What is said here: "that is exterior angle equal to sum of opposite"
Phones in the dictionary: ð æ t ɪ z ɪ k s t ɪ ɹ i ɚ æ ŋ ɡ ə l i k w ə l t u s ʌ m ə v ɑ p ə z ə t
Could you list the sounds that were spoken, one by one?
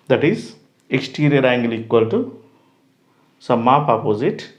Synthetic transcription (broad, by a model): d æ t ɪ z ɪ k s t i ɹ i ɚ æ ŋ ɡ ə l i k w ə l t u s ʌ m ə p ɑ p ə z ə t